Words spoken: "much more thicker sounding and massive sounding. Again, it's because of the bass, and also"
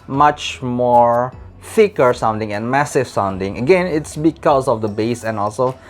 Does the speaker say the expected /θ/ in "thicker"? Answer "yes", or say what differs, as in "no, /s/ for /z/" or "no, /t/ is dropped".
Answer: no, /f/ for /θ/